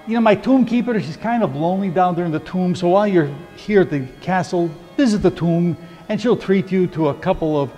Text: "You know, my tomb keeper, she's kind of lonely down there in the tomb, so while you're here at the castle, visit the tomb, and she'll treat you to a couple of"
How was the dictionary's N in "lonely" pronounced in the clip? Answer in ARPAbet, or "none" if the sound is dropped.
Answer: N